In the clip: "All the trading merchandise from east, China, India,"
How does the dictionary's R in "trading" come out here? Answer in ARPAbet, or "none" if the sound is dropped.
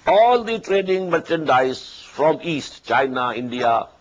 R